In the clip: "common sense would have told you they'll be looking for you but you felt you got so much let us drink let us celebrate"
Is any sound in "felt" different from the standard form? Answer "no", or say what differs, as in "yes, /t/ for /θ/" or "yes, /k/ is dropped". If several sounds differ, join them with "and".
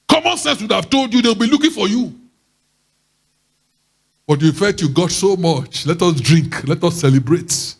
yes, /l/ is dropped